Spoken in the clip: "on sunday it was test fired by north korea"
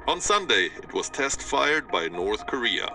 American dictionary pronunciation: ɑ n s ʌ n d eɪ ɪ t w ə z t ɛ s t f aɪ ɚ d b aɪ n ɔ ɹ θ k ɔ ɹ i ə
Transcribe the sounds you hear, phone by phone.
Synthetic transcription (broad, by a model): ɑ n s ʌ n d eɪ ɪ t w ə z t ɛ s t f aɪ ɚ d b aɪ n ɔ ɹ θ k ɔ ɹ i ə